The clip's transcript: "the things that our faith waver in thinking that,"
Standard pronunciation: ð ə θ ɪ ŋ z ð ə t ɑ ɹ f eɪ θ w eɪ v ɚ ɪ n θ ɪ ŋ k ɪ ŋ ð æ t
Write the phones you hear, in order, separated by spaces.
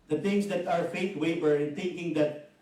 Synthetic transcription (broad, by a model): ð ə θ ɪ ŋ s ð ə t ɑ ɹ f eɪ t w eɪ b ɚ ɪ n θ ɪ ŋ k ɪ ŋ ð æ t